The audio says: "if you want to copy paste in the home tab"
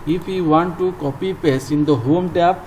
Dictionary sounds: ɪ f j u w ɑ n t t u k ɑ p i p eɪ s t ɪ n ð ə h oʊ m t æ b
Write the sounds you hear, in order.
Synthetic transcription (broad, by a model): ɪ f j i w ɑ n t t u k ɑ p i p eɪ s ɪ n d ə h oʊ m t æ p